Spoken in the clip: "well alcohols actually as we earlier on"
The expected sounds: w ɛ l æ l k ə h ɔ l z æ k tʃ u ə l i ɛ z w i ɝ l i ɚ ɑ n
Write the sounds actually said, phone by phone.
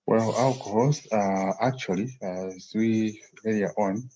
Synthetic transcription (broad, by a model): w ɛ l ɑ l k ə h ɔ l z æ k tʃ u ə l i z w i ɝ i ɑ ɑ n